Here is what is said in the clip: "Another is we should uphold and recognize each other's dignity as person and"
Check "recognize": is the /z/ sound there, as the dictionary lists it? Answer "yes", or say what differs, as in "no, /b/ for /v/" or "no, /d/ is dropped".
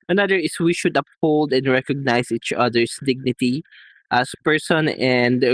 no, /s/ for /z/